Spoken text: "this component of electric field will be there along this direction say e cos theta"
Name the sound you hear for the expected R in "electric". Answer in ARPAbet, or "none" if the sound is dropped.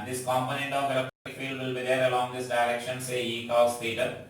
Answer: none